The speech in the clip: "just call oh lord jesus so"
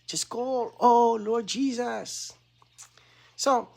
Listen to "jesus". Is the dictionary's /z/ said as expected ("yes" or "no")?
yes